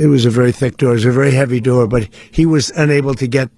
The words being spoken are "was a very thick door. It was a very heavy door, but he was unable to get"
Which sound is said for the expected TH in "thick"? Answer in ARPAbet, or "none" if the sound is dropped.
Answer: TH